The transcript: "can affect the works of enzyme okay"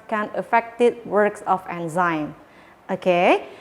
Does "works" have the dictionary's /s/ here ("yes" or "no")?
yes